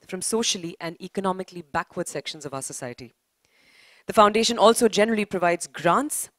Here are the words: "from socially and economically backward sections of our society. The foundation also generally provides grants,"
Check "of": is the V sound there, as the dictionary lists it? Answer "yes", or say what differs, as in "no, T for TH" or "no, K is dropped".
yes